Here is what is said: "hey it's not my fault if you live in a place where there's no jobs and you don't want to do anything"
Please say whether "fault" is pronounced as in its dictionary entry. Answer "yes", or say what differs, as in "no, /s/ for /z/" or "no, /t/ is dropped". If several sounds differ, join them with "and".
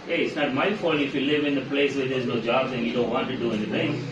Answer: no, /t/ is dropped